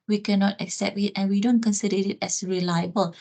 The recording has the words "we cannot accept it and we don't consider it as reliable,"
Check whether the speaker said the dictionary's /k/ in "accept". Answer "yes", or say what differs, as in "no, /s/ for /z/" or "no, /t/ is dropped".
yes